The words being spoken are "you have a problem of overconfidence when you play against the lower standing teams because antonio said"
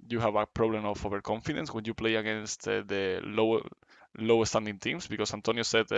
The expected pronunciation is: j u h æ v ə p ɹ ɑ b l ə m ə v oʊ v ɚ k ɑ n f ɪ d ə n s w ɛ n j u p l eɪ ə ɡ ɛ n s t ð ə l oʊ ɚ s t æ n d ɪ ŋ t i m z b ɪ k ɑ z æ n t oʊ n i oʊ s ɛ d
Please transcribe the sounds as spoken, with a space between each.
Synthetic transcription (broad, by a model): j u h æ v ə p ɹ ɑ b l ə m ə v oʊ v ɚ k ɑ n f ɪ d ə n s w ɛ n j u p l eɪ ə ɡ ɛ n s t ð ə l oʊ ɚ s t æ n d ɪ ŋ t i m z b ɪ k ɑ s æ n t oʊ n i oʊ s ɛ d